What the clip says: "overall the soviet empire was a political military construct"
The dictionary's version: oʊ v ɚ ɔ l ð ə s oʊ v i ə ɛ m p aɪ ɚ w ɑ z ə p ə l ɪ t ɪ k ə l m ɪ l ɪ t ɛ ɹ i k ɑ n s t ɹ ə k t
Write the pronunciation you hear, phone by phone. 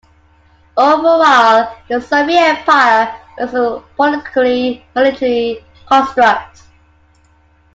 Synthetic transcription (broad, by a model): oʊ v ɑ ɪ l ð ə s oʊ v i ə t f aɪ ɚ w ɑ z ə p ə l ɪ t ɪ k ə l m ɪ l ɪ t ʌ l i k ɑ n s t ɹ ə k t